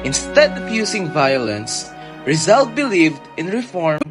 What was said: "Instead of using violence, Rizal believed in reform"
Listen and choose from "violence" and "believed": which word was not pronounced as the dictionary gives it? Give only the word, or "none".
none